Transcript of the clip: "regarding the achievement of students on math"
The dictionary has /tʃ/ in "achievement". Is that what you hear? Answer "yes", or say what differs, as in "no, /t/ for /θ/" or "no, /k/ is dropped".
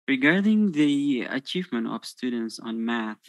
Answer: yes